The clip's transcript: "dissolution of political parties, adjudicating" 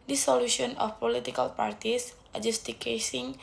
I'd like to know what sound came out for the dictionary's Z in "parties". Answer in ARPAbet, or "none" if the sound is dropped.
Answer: S